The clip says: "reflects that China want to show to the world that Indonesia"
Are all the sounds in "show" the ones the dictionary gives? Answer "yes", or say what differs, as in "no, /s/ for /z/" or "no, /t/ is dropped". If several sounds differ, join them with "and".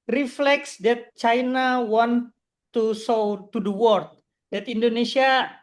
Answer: no, /s/ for /ʃ/